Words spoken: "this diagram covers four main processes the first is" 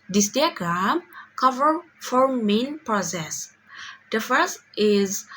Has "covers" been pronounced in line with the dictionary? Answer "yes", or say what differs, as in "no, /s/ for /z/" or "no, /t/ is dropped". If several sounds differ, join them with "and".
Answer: no, /z/ is dropped